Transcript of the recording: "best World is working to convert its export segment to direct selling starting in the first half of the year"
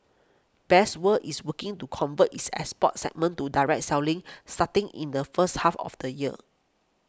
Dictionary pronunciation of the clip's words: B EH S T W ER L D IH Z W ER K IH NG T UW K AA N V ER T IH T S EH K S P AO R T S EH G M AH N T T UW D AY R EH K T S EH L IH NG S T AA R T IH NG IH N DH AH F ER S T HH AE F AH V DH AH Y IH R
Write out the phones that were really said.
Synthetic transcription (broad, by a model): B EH S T W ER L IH S W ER K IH NG T UW K AA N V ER T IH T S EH S P AO T S EH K M AH N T T UW D AY R EH K T S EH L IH NG S T AA T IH NG IH N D AH F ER S T HH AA F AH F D AH Y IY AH